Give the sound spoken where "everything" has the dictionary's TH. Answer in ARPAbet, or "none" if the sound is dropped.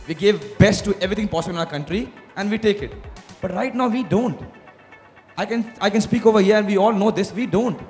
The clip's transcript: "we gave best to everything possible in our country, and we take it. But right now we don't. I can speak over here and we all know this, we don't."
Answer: T